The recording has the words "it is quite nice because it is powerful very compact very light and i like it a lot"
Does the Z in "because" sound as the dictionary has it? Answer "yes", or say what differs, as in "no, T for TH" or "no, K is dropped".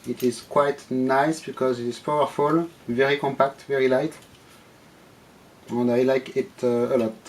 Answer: yes